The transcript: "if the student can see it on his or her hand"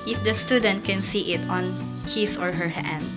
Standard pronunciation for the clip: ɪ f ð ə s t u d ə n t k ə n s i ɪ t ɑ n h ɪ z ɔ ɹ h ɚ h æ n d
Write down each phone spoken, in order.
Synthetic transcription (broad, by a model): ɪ f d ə s t u d ə n t k ə n s i ɪ t ɑ n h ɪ s ɔ ɹ h ɚ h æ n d